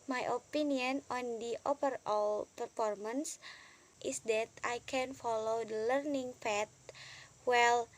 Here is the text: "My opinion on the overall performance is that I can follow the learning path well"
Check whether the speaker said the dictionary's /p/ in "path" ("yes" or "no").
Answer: no